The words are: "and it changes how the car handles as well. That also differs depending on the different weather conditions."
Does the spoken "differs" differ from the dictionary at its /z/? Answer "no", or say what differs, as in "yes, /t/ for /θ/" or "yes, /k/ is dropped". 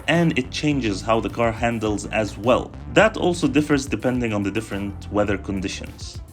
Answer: no